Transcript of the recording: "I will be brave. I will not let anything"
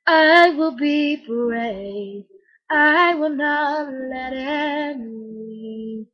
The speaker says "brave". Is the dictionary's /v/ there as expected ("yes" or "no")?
no